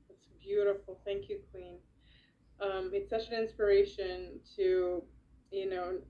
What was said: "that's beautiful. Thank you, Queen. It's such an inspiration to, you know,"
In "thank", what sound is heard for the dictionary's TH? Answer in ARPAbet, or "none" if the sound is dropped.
TH